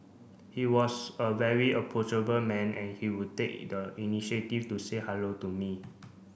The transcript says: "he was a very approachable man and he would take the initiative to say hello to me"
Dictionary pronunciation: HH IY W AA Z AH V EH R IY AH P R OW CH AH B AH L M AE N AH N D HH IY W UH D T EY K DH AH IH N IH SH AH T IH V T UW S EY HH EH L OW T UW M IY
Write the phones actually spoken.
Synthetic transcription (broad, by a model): HH IY W AA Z AH V EH R IY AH P OW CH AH B AH L M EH N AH N HH IY W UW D T EY K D AH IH N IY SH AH T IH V T UW S EY HH EH L OW T UW M IY